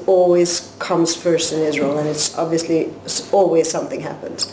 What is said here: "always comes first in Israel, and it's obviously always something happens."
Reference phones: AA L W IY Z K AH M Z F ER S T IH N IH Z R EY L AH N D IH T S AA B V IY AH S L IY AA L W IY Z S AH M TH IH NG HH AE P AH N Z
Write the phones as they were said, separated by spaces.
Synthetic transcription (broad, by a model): AA L W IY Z K AH M Z F ER S T IH N IH Z R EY L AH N IH T S AA B V IY AH S L IY AA L W IY Z S AH M TH IH NG HH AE P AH N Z